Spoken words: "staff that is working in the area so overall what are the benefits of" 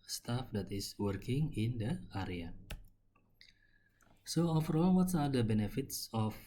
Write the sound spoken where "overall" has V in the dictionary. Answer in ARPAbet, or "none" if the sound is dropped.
F